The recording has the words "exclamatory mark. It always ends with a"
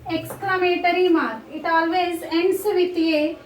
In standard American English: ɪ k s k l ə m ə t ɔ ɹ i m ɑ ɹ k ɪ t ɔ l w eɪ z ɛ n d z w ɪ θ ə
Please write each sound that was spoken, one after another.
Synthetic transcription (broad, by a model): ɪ k s k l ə m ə t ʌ ɹ i m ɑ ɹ ɪ t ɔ l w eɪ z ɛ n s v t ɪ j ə